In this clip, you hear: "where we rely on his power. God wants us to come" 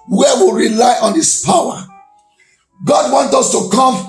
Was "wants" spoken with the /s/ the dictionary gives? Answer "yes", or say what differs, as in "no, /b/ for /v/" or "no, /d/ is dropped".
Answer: no, /s/ is dropped